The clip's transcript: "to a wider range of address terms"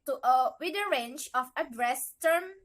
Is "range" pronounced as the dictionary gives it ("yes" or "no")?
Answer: no